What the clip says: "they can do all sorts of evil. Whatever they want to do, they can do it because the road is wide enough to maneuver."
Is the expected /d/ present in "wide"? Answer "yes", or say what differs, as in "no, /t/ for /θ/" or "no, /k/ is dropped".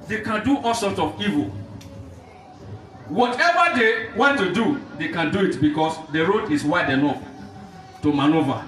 yes